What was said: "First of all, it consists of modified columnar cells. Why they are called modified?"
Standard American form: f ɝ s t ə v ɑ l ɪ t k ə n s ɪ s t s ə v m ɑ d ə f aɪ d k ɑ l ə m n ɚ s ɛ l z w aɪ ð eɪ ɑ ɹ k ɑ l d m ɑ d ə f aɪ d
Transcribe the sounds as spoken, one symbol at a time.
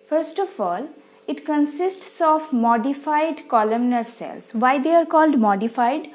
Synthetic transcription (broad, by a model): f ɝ s t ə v ɑ l ɪ t k ə n s ɪ s t s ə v m ɑ d ə f aɪ d k ɑ l ə m n ɚ s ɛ l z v aɪ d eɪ ɑ ɹ k ɑ l d m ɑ d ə f aɪ d